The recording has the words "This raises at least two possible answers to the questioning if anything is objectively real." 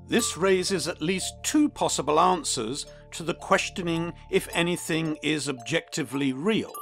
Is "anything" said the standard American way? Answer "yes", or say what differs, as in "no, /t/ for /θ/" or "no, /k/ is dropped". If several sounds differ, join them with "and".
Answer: yes